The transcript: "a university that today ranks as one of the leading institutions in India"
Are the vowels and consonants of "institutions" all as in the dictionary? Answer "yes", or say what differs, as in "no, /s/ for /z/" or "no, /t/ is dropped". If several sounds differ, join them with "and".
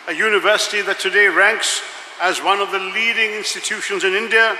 yes